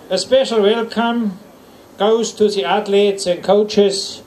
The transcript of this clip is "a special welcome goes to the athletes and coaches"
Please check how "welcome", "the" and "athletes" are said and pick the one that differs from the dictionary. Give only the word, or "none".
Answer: athletes